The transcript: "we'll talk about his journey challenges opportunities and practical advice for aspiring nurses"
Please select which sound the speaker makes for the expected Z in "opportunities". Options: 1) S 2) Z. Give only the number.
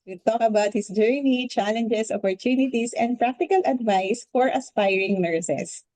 1